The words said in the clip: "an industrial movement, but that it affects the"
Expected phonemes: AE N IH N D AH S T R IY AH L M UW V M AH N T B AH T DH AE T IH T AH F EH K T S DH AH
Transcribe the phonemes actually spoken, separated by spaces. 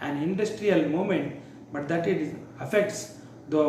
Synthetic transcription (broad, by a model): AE N IH N D AH S T R IY AH L M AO M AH N T B AH T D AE T IH T AH F EH K T S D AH